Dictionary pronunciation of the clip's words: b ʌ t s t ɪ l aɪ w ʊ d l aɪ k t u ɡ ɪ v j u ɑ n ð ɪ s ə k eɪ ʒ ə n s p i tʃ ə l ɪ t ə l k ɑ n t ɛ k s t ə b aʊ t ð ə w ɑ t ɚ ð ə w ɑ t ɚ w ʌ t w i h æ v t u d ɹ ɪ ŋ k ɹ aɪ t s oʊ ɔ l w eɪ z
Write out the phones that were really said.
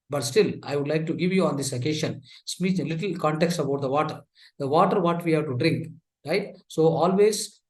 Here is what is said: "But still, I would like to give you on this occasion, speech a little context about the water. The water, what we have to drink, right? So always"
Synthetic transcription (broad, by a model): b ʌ t s t ɪ l aɪ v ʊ d l aɪ k t u ɡ ɪ v j u ɑ n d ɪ s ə k eɪ ʃ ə n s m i ə l ɪ t ə l k ɑ n t ɛ k s t ə b aʊ t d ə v ɑ t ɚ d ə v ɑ t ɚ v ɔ t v i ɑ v t u d ɹ ɪ ŋ k ɹ aɪ t s oʊ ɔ l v eɪ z